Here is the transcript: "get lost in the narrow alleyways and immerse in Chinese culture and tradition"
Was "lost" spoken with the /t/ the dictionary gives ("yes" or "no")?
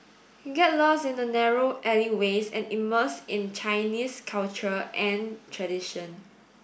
no